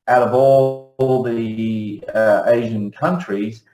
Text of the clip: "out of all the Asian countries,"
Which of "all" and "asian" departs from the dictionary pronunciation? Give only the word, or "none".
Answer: none